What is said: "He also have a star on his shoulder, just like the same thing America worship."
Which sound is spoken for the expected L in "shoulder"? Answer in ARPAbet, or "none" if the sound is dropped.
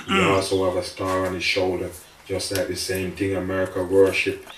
L